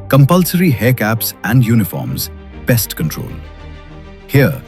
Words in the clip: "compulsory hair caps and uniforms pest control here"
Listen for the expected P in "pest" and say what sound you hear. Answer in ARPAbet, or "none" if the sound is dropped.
B